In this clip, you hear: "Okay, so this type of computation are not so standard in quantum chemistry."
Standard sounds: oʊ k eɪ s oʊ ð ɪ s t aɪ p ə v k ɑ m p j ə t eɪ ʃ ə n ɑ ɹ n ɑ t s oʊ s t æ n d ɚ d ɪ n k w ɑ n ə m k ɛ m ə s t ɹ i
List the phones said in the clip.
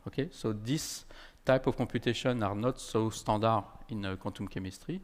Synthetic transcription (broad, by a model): oʊ k eɪ s oʊ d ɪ s t aɪ p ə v k ɑ p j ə t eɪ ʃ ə n ɑ ɹ n ɑ t s oʊ s t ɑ d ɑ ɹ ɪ n k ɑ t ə m k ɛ m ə s t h i